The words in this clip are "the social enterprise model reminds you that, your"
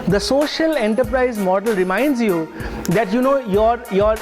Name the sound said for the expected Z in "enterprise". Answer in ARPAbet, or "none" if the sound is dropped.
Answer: Z